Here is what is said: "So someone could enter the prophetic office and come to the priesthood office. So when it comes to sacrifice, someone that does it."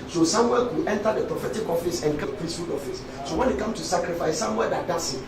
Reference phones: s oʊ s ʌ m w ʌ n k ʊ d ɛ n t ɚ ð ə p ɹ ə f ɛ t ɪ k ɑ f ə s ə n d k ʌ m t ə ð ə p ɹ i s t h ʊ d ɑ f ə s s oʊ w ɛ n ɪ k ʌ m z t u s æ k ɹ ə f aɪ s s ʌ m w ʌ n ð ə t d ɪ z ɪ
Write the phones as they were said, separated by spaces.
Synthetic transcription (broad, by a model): s oʊ s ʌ m w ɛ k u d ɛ n t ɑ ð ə p ɹ ə f ɛ t ɪ k ɑ f ə s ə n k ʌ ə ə p ɹ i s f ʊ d ɑ f ə s s oʊ w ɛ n ɪ k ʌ m t u s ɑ k ɹ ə f aɪ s s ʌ m w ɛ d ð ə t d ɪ s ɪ